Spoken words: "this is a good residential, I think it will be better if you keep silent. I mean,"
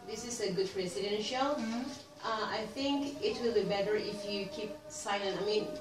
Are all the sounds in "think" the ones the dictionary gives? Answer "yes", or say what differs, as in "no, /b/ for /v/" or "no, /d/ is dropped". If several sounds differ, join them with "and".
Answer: yes